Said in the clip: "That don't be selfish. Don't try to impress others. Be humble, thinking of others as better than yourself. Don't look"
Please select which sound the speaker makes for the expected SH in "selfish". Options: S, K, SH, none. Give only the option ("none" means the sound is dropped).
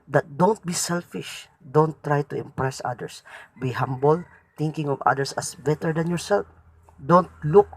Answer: SH